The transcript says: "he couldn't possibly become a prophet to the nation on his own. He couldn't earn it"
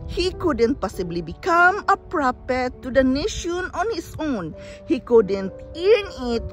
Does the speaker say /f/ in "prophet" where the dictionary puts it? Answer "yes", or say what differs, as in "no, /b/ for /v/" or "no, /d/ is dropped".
no, /p/ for /f/